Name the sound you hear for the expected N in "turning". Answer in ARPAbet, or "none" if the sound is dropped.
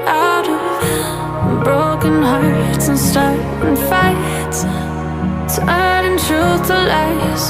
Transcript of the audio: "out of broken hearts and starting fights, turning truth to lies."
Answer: none